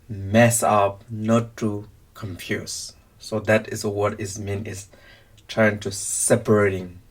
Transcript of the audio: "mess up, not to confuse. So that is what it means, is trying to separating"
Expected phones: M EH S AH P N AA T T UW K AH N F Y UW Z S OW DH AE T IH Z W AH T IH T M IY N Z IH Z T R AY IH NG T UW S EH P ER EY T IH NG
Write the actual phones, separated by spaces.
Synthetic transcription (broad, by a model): M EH S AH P N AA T T UW K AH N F Y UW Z S OW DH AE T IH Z W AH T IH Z M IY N IH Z T R AY IH NG T UW S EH P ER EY T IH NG